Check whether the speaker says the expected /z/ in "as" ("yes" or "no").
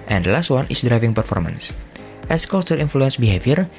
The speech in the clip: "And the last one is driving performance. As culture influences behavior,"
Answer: no